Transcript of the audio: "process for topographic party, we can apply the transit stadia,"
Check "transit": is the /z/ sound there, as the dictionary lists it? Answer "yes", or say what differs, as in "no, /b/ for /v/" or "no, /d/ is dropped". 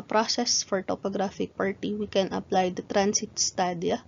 no, /s/ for /z/